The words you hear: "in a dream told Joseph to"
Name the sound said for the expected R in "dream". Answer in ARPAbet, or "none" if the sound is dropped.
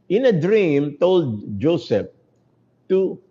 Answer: R